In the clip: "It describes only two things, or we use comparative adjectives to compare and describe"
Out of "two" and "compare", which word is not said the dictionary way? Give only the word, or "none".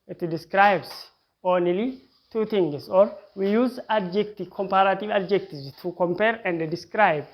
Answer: none